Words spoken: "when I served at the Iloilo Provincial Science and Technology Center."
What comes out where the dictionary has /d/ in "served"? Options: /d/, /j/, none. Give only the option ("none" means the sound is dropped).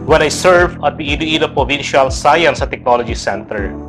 none